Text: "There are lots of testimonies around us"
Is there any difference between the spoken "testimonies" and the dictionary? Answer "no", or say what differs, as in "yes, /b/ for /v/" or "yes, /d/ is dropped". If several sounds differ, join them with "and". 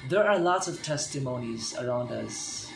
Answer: no